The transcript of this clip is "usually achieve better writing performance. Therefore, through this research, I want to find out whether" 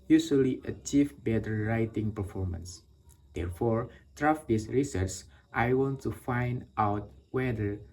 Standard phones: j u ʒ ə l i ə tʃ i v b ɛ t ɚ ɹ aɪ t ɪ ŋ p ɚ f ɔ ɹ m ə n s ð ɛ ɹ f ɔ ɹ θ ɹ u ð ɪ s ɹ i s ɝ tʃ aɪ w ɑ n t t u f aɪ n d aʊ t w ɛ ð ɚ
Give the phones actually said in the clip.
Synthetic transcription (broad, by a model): j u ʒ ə l i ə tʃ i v b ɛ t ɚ ɹ aɪ t ɪ ŋ p ɚ f ɔ ɹ m ə n s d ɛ ɹ f ɔ ɹ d ɹ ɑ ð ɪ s ɹ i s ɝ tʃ aɪ w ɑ n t t u f aɪ n d aʊ t w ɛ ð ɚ